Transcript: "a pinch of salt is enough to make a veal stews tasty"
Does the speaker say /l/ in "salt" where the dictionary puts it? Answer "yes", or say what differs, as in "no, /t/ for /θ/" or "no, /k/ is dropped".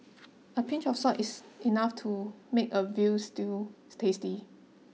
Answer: no, /l/ is dropped